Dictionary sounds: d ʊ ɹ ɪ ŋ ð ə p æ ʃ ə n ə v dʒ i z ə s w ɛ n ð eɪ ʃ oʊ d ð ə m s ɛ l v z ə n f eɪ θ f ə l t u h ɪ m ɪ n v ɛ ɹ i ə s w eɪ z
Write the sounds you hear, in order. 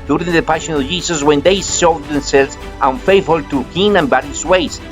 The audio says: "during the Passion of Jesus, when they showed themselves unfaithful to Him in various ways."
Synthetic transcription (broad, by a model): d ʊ ɹ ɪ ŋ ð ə p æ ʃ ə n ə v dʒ i s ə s w ɛ n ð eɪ s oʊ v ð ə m s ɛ l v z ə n f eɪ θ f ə l t u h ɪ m ɪ n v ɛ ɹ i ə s w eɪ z